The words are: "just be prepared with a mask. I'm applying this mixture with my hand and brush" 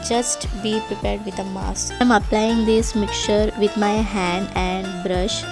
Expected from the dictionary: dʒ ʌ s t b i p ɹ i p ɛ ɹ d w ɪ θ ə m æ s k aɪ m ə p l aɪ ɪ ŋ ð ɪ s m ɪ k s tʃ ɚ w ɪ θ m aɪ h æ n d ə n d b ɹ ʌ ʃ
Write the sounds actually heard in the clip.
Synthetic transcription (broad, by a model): dʒ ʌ s t b i p ɹ i p ɛ ɹ d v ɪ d ə m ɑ s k aɪ m ə p l aɪ ɪ ŋ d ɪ s m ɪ k tʃ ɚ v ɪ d m aɪ h æ n d ə n d b ɹ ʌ ʃ